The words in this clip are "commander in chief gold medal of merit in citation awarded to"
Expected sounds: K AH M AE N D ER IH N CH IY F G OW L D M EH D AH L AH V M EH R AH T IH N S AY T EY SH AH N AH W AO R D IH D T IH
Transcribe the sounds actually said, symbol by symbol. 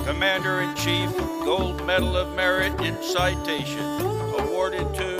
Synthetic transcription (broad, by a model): K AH M AE N D ER IH N CH IY F G OW L D M EH D L AH V M EH R AH T IH N S AY T EY SH AH N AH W AO R D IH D T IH